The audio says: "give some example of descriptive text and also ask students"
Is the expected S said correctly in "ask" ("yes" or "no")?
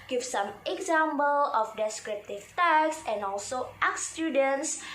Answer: no